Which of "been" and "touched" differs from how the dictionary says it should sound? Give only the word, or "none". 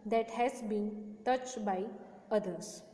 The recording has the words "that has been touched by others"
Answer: none